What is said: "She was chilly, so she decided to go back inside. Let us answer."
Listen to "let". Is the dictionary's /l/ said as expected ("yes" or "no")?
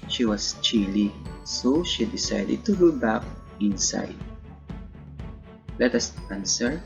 yes